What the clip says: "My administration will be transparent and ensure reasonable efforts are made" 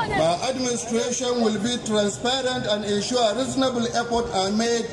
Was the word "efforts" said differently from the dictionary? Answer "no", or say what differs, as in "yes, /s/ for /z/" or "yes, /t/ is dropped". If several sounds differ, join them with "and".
yes, /s/ is dropped